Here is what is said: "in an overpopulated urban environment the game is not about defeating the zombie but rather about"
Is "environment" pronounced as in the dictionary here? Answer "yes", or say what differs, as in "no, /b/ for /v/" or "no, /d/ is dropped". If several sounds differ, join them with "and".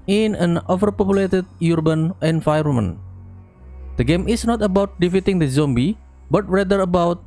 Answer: no, /f/ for /v/ and /n/ is dropped